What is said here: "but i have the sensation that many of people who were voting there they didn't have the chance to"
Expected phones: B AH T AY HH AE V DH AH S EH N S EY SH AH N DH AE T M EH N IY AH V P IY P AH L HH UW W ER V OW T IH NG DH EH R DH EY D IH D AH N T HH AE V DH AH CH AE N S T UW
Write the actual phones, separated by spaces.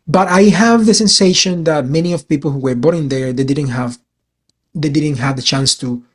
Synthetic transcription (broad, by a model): B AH T AY HH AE V DH AH S EH N S EY SH AH N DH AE T M EH N IY AH V P IY P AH L HH UW W ER B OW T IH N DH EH R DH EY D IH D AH N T HH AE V DH AH CH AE N S T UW